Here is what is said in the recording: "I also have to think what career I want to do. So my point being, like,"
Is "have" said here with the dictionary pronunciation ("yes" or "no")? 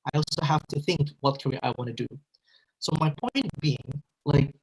no